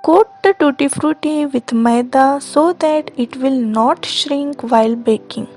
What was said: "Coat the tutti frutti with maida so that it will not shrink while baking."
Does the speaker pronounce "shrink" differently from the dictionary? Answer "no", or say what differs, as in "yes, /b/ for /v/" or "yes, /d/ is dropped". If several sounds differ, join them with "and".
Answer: no